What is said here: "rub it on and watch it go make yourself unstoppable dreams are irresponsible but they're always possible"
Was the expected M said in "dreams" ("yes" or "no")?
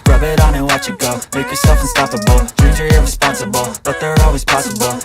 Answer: no